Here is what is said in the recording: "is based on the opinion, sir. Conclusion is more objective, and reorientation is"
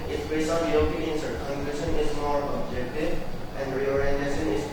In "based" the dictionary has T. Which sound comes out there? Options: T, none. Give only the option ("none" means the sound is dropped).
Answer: none